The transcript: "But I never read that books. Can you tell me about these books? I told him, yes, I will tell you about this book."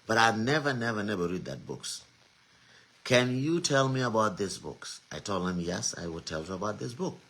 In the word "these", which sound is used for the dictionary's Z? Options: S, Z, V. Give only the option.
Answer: S